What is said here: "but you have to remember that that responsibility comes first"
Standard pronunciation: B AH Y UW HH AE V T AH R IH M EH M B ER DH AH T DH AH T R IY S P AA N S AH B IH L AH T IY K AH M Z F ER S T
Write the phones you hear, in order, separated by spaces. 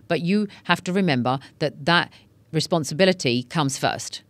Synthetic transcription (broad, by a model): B AH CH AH HH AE F T AH R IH M EH M B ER DH AH T DH AH T R IY S P AA N S AH B IH L AH T IY K AH M Z F ER S T